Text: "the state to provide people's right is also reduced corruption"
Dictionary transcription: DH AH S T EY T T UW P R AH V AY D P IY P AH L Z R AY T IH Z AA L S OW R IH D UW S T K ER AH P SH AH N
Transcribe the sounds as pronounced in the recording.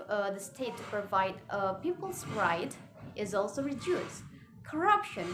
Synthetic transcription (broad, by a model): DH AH S T EY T T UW P R AH V AY D P IY P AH L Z R AY T IH Z AA L S OW R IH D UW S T K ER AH P SH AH N